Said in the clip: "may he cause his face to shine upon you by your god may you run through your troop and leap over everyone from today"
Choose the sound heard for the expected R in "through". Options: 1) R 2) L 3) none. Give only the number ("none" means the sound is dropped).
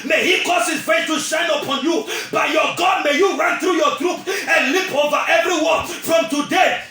1